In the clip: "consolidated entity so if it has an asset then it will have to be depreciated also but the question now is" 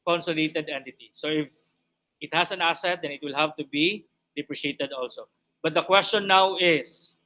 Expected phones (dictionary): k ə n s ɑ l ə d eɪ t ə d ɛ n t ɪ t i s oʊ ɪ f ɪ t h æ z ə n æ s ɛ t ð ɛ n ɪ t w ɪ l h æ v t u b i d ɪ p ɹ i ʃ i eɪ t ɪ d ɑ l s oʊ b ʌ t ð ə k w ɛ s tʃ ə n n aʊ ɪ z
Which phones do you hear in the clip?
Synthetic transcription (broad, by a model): k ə n s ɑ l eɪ t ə d ɛ n t ɪ t i s oʊ ɪ f ɪ t h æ s ə n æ s ɛ t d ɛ n ɪ t w ɪ l h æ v t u b i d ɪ p ɹ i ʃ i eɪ t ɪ d ɑ l s oʊ b ʌ t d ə k w ɛ s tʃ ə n n aʊ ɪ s